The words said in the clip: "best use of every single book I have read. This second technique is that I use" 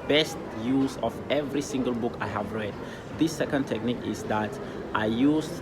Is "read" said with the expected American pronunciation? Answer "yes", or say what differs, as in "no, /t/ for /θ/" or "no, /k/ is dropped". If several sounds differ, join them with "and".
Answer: yes